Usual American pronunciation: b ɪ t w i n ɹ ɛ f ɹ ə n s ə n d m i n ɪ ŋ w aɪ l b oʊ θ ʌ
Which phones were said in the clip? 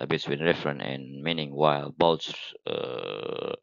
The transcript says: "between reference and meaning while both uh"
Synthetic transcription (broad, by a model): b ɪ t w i n ɹ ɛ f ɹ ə n ə n m i n ɪ ŋ w aɪ l b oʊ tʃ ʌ